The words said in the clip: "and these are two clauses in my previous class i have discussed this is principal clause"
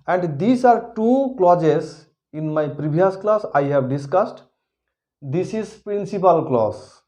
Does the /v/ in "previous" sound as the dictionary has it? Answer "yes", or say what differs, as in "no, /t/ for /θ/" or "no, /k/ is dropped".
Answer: no, /b/ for /v/